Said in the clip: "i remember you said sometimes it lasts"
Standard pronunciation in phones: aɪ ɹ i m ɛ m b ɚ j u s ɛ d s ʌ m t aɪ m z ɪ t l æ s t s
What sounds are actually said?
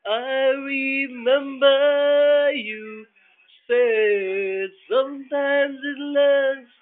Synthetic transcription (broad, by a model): aɪ ɹ i m ɛ m b ɚ j u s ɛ s ʌ m t aɪ m z ɪ t l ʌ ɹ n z